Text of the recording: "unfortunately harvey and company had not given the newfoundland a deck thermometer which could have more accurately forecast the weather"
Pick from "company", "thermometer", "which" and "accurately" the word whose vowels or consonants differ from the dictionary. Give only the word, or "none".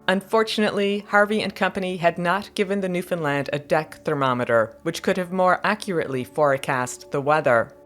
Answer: none